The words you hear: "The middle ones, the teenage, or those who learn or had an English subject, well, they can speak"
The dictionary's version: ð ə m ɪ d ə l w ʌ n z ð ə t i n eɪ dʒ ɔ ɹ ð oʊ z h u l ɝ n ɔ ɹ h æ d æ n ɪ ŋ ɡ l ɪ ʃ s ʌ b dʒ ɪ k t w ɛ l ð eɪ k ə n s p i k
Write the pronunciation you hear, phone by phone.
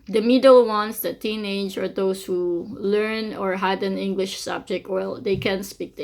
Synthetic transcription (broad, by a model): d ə m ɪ d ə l w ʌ n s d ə t i n eɪ dʒ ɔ ɹ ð oʊ s h u l ɝ n ɔ ɹ h æ d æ n ɪ ŋ ɡ l ɪ ʃ s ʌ b dʒ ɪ k t w ɛ l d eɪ k ə n s p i k